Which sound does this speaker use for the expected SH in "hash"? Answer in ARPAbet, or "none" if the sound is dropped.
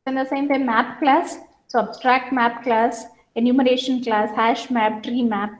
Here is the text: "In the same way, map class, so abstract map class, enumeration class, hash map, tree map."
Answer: SH